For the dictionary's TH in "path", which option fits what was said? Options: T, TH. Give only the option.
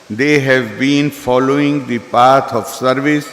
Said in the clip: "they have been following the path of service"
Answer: T